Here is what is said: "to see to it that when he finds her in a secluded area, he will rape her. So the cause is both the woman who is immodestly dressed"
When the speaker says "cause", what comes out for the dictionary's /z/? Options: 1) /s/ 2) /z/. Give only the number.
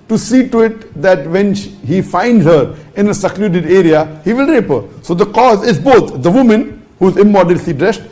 2